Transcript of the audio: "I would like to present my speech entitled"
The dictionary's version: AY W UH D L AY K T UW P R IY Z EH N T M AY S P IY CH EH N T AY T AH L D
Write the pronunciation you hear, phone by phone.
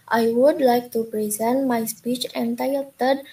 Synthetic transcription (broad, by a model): AY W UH D L AY K T UW P R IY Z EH N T M AY S P IY CH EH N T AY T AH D